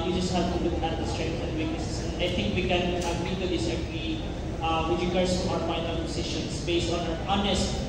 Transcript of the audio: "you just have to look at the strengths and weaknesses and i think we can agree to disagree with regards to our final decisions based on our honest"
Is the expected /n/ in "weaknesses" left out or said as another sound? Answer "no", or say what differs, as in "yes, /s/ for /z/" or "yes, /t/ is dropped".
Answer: yes, /n/ is dropped